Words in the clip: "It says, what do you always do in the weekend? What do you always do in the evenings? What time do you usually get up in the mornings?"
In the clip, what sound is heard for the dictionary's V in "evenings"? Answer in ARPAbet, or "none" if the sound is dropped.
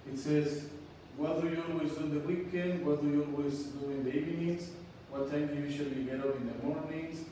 none